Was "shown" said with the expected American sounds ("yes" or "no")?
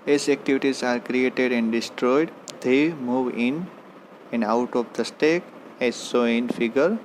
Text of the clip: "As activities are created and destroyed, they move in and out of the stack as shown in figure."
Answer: no